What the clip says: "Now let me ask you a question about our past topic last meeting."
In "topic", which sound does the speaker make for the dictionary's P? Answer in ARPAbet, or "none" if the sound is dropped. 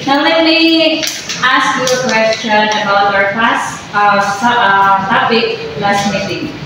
B